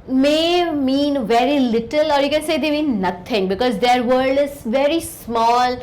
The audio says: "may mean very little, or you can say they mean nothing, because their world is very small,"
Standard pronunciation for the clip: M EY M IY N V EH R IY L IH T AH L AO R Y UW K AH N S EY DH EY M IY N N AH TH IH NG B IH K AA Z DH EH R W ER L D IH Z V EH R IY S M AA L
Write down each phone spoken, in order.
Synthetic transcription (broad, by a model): M EY M IY N V EH R IY L IH T AH L AO R Y UW K AH N S EY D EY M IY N N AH T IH NG B IH K AA Z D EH R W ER D IH Z V EH R IY S M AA L